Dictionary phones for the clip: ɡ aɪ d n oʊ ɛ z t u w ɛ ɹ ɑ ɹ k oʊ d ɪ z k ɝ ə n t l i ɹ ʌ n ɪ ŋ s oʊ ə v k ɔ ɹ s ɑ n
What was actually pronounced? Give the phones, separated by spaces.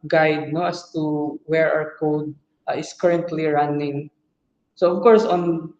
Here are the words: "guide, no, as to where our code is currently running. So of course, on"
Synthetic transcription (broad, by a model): ɡ aɪ d n oʊ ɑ s t u w ɛ ɹ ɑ w k oʊ d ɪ s k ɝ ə n t l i ɹ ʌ n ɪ ŋ s oʊ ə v k ɔ ɹ s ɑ n